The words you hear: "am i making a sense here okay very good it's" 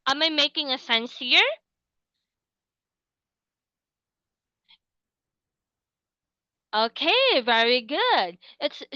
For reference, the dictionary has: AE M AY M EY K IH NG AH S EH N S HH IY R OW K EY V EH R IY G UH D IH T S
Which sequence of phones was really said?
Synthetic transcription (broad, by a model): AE M AY M EY K IH NG AH S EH N S HH IY R OW K EY V EH R IY G UH D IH T S